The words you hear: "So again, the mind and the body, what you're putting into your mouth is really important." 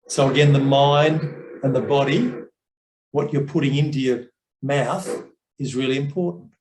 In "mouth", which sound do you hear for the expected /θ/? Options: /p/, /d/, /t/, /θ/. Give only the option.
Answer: /θ/